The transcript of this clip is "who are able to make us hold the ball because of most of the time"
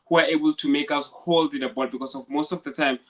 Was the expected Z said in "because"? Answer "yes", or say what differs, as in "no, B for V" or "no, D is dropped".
no, S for Z